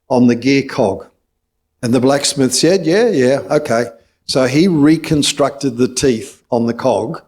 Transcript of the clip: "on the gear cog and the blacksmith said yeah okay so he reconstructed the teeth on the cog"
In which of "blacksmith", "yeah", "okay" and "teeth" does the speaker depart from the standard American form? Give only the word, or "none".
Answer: none